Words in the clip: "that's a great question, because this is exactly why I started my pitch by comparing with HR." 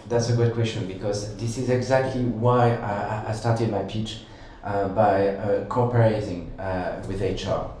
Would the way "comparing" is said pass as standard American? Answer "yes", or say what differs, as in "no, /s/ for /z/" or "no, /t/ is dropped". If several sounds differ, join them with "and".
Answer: no, /m/ is dropped